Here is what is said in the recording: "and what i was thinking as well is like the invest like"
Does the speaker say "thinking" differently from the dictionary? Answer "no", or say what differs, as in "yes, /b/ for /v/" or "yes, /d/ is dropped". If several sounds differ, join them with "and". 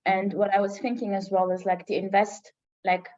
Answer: no